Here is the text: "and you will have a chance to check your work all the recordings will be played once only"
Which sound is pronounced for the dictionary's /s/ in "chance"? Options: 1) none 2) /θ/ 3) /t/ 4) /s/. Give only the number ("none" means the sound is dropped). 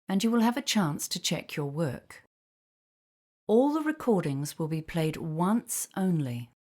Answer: 4